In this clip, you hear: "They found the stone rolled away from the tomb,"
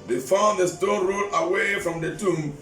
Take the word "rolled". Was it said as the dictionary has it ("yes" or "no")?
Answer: no